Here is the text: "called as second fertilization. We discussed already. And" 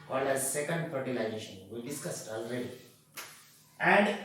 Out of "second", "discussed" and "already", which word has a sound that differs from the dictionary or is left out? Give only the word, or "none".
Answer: none